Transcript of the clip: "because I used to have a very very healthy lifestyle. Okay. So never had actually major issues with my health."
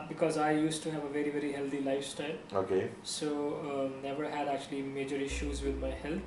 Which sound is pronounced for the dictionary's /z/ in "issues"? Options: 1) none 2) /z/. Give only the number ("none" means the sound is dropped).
2